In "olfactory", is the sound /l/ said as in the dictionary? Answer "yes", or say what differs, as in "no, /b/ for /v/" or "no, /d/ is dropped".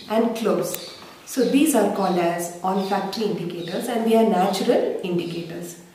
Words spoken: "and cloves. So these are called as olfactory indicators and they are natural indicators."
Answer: no, /n/ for /l/